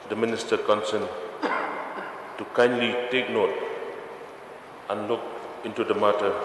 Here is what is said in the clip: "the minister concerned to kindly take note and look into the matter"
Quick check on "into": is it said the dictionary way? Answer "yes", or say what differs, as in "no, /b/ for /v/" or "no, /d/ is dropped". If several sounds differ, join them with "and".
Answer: yes